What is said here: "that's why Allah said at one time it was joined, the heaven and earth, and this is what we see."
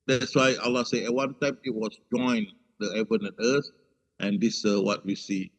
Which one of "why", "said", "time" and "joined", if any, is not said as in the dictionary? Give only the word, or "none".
said